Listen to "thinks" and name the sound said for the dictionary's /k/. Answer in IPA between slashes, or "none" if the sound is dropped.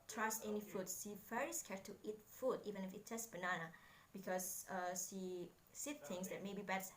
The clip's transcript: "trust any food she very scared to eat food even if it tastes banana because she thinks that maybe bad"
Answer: none